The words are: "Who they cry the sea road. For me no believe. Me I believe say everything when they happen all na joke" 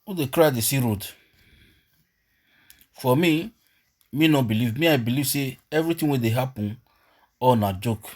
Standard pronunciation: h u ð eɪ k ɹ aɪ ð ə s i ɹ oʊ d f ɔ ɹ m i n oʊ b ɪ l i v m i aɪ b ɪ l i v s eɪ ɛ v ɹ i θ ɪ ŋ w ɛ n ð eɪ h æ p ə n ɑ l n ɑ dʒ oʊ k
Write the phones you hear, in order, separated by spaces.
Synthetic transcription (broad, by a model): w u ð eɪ k ɹ aɪ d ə s i ɹ oʊ d f ɔ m m i n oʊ b ɪ l i v m i aɪ b ɪ l i v s eɪ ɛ v ɹ i t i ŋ w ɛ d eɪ h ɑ p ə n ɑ n ɑ dʒ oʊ k